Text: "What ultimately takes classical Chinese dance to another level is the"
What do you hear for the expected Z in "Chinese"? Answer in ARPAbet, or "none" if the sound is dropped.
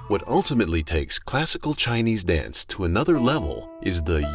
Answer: Z